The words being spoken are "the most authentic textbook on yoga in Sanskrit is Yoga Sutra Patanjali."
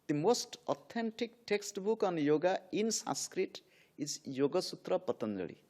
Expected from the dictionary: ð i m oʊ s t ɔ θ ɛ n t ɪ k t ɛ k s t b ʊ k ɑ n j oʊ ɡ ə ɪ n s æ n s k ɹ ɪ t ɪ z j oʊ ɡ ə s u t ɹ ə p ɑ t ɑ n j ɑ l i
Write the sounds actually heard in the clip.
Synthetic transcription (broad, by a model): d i m oʊ s t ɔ t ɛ n t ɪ k t ɛ k s t b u k ɑ n j oʊ ɡ ə ɪ n s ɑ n s k ɹ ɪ t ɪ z j oʊ ɡ ə s u t ɹ ə p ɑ t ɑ n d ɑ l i